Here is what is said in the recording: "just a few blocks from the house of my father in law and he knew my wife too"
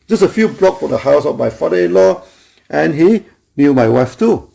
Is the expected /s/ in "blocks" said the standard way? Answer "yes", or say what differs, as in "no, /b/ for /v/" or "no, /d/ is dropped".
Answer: no, /s/ is dropped